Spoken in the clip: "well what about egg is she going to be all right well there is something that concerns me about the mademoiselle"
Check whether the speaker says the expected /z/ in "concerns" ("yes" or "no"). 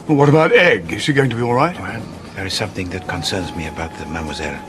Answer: yes